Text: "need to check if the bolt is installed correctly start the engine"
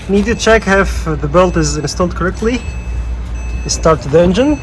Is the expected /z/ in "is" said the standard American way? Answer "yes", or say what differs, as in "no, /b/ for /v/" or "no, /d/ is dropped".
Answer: yes